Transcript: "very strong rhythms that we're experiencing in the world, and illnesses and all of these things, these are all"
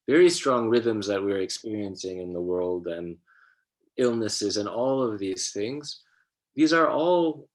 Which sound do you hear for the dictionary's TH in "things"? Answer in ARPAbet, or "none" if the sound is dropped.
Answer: TH